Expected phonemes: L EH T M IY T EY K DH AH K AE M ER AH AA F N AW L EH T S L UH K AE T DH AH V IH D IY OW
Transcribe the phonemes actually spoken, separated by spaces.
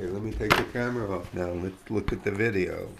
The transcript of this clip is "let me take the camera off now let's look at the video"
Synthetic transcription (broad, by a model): L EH T M IY T EY K DH AH K AE M ER AH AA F N AW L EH T S L UH K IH T DH AH V IH D IY OW